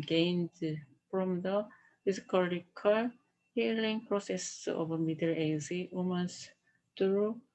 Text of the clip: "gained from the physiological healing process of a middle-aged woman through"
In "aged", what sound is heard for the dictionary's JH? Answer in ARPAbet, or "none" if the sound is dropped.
Z